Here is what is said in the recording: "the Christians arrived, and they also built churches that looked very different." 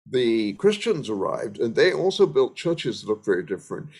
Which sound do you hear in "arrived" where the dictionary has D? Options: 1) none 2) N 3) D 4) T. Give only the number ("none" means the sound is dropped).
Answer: 3